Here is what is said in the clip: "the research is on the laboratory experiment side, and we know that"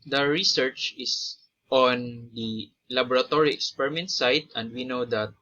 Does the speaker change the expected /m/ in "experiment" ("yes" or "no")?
no